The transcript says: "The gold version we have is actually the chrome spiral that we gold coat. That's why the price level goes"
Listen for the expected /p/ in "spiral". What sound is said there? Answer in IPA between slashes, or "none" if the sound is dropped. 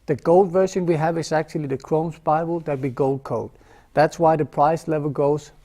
/b/